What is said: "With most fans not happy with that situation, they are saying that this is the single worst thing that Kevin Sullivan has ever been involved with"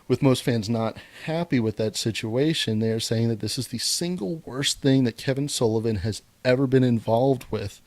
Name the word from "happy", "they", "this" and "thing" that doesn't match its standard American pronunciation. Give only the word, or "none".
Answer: none